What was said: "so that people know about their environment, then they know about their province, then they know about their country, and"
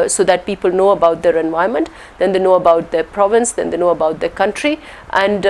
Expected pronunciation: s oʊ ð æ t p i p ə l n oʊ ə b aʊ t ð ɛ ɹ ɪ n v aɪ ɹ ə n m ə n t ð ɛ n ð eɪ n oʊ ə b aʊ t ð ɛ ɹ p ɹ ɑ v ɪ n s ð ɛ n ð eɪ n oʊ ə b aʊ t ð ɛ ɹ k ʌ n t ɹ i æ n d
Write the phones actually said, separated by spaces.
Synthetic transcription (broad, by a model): s oʊ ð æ t p i p ə l n oʊ ə b aʊ t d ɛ ɹ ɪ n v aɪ ə m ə n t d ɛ n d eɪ n oʊ ə b aʊ t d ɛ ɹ p ɹ ɑ v ɪ n s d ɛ n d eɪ n oʊ ə b aʊ t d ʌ k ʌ n t ɹ i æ n d